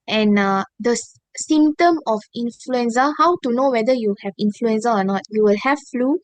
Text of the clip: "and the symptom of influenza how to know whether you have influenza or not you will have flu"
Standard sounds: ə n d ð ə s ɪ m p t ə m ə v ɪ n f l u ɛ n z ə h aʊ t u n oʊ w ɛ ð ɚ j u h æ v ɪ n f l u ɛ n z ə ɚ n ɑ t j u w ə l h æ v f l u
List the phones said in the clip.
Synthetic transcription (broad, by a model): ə n d ə s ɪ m t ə m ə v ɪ n f l u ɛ n s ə h aʊ t u n oʊ w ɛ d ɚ j u h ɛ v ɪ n f l u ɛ n s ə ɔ n ɑ t j u w ə l h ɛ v f l u